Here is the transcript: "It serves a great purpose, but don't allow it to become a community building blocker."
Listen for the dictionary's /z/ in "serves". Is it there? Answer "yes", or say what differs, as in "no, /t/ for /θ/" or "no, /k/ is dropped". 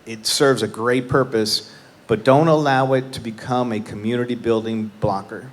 yes